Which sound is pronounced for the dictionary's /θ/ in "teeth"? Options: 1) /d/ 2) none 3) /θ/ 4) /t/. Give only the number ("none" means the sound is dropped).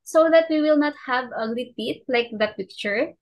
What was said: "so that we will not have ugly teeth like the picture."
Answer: 4